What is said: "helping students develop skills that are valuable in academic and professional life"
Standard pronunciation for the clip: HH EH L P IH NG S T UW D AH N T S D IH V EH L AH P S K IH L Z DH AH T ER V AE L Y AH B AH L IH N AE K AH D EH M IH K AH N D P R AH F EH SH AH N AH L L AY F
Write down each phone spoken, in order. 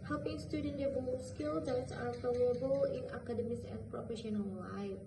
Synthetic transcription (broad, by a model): HH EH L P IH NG S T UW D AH N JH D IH B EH AH S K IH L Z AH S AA F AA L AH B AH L IH N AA K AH D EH M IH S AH N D P R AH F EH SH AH N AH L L AY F